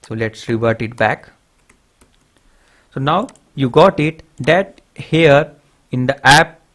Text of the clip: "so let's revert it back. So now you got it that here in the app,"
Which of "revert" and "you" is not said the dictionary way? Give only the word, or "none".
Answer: none